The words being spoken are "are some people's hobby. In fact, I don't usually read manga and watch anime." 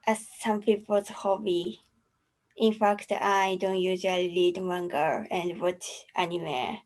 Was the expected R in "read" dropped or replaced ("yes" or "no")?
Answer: yes